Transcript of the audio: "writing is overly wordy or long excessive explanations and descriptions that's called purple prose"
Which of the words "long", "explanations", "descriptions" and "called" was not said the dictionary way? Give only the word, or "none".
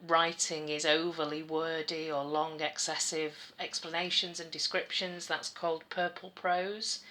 none